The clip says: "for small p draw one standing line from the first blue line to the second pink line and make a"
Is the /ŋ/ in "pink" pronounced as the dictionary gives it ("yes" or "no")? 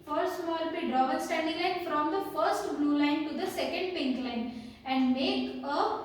yes